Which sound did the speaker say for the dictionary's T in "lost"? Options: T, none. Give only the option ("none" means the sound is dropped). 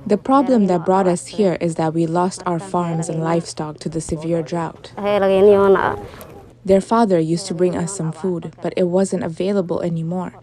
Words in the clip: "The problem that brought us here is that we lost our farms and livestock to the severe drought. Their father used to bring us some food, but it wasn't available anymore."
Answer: T